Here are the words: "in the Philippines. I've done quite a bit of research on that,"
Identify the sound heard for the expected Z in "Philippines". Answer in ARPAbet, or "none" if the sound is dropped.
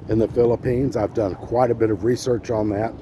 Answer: Z